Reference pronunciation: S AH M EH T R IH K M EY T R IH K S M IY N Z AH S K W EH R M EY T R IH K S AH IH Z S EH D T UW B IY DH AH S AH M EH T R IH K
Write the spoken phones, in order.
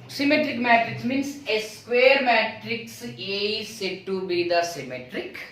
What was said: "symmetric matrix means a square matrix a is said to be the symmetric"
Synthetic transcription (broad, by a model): S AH M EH T R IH K M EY T R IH K S M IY N S AH S K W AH R M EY T R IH K S AH S EH D T UW B IY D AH S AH M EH T R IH K